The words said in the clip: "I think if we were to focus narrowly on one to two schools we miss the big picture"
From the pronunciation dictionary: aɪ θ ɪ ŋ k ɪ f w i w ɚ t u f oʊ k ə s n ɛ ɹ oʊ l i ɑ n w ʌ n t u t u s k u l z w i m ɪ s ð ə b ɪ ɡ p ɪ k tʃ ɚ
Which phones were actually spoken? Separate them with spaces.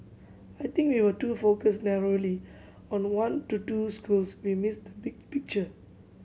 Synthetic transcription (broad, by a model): aɪ t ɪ ŋ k w i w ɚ t u f oʊ k ə s n ɛ ɹ oʊ l i ɑ n w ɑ n t u t u s k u l s w i m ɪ s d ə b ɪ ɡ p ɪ k tʃ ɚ